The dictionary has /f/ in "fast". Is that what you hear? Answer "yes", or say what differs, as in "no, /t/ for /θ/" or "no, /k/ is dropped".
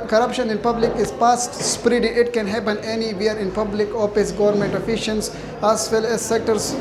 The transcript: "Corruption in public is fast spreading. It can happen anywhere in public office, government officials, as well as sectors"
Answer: no, /p/ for /f/